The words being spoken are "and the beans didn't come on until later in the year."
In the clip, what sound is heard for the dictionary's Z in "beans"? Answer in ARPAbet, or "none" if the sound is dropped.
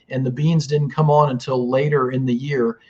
Z